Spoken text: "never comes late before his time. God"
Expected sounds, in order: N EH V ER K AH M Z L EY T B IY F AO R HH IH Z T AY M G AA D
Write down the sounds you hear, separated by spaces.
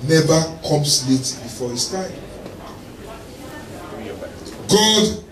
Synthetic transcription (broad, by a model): N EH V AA K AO M S L EY T B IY F AO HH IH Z T AY M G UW D